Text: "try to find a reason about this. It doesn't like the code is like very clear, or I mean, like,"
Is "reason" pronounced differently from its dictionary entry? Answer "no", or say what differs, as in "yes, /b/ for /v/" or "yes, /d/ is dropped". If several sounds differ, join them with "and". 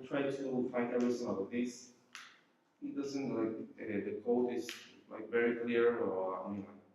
yes, /s/ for /z/